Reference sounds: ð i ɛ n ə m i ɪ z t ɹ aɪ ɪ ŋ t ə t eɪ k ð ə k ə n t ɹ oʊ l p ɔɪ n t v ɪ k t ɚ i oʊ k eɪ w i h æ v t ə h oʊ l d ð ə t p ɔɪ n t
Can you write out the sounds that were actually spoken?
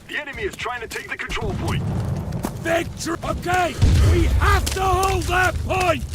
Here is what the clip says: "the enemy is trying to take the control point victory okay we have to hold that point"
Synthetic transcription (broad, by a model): ð i ɛ n ə m i ɪ z t ɹ aɪ ɪ ŋ t ə t eɪ k ð ə k ə n t ɹ oʊ l p ɔɪ n t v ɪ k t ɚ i oʊ k eɪ w i h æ f t ə h oʊ l d ð ə t p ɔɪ n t